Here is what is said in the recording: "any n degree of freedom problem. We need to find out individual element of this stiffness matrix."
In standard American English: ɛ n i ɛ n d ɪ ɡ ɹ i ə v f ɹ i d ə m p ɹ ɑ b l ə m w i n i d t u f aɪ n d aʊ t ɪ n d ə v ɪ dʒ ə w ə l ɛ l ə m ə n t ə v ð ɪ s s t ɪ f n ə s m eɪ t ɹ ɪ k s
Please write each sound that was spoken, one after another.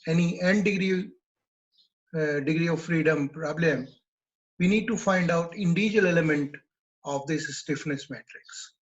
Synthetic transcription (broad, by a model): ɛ n i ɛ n d ɪ ɡ ɹ i ə v f ɹ i d ə m p ɹ ɑ b l ə m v i n i d t u f aɪ n d aʊ t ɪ n d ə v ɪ dʒ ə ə l ɛ l ə m ə n t ə v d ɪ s s t ɪ f n ə s m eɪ t ɹ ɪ k s